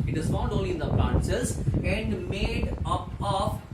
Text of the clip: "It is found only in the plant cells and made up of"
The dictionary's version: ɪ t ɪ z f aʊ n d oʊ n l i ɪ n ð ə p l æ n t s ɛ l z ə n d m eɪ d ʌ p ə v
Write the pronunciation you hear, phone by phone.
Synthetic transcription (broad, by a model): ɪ t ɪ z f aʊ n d oʊ n l i ɪ n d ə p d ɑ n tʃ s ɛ z ə n d m eɪ d ʌ p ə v